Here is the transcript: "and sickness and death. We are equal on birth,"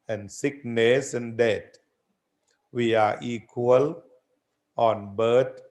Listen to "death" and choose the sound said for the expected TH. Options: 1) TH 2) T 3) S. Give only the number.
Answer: 2